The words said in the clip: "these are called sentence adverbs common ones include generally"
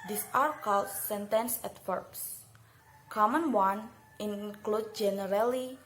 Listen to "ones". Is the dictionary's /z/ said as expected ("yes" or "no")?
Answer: no